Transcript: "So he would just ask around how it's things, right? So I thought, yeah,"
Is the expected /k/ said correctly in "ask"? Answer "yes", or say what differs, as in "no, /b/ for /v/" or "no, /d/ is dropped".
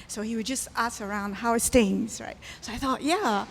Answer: no, /k/ is dropped